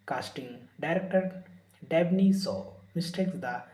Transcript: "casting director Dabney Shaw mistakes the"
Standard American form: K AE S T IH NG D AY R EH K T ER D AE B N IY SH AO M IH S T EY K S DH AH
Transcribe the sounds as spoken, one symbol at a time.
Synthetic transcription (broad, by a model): K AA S T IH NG D AY R EH K T ER D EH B N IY S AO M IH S T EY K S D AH